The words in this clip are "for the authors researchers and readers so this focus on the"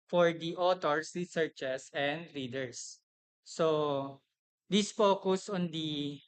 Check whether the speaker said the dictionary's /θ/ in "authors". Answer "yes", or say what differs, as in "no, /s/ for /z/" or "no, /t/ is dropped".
no, /t/ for /θ/